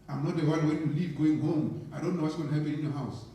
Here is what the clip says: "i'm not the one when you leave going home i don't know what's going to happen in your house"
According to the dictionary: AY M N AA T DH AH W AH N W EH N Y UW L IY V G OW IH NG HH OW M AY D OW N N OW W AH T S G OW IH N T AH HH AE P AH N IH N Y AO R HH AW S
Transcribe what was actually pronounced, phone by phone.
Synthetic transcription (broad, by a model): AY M N AA T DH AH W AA L W EH N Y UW L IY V G OW IH NG HH OW M AY D OW N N OW W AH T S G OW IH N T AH HH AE P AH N IH N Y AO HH AW S